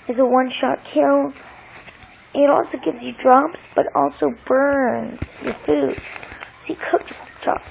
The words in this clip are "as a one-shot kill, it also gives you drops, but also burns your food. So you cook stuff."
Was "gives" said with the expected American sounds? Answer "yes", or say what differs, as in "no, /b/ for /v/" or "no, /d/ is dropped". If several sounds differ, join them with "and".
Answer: yes